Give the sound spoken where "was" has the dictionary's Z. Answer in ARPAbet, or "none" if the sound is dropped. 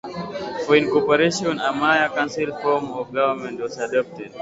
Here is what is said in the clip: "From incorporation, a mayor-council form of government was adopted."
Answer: S